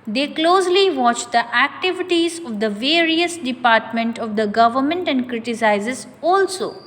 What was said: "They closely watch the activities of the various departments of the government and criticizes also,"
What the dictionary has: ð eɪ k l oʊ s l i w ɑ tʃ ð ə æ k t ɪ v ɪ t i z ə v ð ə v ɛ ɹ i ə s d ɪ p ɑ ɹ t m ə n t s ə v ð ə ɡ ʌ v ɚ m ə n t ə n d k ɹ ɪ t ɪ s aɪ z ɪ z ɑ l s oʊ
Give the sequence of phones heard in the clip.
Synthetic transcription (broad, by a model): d eɪ k l oʊ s l i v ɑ tʃ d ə æ k t ɪ v ɪ t i z ə v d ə v ɛ ɹ i ə s d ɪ p ɑ ɹ t m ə n t ə v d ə ɡ ʌ v ɚ m ə n t ə n d k ɹ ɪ t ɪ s aɪ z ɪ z ɑ l s oʊ